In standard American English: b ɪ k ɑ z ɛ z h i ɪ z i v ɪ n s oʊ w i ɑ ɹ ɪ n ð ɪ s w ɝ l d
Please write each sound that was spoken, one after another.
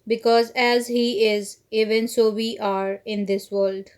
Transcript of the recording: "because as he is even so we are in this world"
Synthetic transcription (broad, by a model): b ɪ k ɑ z ɛ z h i ɪ z i v ɪ n s oʊ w i ɑ ɹ ɪ n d ɪ s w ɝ l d